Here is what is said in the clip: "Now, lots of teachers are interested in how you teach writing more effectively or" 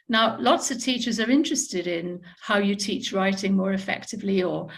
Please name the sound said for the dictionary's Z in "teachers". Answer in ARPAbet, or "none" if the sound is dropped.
Z